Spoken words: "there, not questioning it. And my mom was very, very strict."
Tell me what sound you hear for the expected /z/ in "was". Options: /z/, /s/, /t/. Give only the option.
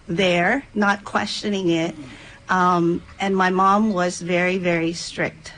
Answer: /z/